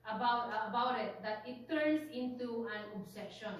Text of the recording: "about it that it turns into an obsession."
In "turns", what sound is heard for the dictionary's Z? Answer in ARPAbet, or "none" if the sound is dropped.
S